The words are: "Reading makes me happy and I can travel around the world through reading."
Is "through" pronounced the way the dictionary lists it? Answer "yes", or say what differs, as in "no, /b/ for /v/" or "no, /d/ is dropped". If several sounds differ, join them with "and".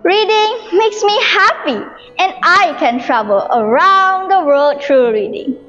no, /t/ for /θ/